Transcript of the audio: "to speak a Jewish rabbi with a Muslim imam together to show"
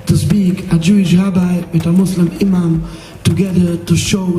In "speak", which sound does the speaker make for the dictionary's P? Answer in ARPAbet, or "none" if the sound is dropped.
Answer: B